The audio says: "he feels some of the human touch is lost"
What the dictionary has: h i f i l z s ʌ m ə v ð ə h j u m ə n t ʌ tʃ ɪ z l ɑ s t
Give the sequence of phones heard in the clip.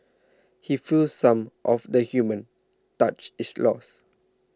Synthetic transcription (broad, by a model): h i f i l s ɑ m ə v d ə h j u m ə n t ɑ tʃ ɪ s l ɑ s